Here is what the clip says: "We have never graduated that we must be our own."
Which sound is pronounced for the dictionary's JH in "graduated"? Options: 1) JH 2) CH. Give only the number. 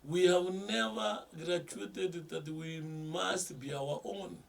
2